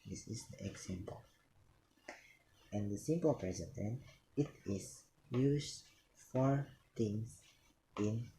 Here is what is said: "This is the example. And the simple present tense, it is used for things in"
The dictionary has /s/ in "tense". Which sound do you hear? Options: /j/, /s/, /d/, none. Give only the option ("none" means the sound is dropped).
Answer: none